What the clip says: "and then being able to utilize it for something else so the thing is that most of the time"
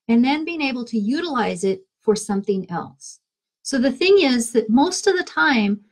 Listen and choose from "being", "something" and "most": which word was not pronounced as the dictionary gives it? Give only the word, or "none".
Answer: none